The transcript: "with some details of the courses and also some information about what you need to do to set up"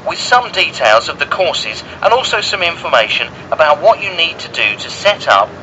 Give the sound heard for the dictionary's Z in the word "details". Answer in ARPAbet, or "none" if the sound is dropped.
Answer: Z